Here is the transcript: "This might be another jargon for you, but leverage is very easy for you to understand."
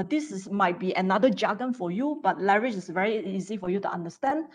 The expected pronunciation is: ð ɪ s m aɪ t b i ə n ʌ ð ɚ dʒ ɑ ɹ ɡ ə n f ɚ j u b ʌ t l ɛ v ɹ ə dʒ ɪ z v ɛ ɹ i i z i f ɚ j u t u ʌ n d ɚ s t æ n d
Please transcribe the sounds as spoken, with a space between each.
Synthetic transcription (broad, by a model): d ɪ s m aɪ t b i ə n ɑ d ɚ dʒ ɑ ɡ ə n f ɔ j u b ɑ t l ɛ ɹ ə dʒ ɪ s v ɛ ɹ i i z i f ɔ j u t u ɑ n d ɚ s t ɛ n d